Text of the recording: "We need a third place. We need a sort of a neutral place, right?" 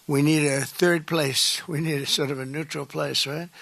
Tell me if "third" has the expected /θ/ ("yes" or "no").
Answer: yes